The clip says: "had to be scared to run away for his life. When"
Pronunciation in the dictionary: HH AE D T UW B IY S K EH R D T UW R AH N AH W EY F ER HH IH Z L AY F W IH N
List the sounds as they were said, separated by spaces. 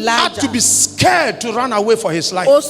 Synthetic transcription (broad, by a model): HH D T UW B IY S K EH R D T UW R AH N AH W EY F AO HH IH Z L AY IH